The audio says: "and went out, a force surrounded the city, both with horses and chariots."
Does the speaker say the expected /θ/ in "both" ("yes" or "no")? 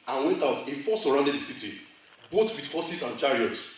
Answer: no